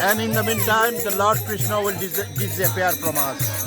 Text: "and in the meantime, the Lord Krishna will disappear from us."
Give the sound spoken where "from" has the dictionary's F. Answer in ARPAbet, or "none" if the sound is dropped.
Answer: P